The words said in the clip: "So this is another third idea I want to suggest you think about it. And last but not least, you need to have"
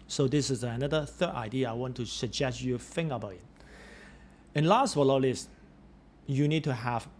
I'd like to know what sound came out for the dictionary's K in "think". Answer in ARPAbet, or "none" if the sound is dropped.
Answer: none